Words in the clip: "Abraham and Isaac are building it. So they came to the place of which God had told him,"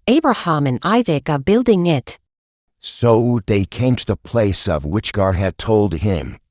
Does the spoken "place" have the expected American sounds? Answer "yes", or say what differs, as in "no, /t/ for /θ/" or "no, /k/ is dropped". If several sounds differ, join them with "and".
yes